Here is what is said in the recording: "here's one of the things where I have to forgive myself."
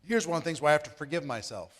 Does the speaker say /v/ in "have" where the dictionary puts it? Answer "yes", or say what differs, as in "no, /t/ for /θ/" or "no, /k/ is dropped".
no, /f/ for /v/